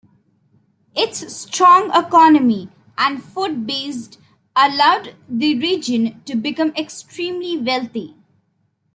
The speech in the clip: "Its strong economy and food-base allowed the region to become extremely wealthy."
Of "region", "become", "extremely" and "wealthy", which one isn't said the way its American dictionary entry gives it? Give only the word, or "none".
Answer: wealthy